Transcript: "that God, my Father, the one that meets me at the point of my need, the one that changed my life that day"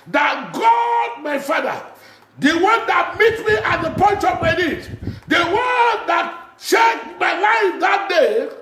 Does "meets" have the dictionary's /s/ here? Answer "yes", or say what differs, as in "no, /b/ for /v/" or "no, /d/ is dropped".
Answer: no, /s/ is dropped